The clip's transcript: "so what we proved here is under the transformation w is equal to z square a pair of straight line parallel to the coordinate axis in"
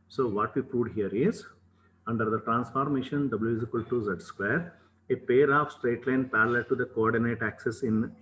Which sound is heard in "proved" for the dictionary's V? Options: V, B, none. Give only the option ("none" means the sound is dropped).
none